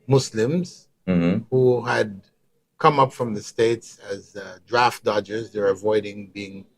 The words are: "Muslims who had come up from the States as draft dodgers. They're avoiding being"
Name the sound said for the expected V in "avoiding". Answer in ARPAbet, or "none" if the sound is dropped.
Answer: V